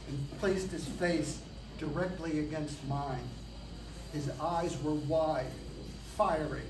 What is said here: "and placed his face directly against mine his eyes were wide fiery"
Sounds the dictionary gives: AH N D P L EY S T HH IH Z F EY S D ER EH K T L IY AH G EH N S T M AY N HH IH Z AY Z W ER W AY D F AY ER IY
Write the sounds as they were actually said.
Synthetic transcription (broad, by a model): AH P L EY S T HH IH Z F EY S D ER EH K T L IY AH G EH N S T M AY N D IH Z AY Z W ER W AY D F AY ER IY